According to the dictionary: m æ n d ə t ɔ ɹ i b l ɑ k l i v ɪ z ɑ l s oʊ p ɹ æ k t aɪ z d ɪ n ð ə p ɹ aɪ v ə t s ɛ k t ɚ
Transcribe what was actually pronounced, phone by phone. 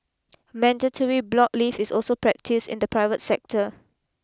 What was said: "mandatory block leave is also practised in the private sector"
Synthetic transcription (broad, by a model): m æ n d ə t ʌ ɹ i b l ɑ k l i f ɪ s ɑ l s oʊ p ɹ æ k t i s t ɪ n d ə p ɹ aɪ v ə t s ɛ k t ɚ